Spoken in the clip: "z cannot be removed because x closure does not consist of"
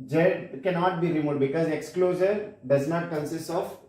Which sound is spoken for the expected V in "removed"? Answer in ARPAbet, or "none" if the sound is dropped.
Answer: none